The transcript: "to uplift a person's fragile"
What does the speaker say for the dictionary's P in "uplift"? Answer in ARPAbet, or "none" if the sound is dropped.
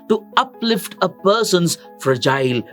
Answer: P